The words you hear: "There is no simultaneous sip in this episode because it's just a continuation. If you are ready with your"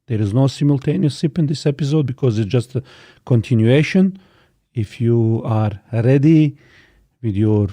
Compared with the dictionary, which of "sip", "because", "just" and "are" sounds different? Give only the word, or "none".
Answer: sip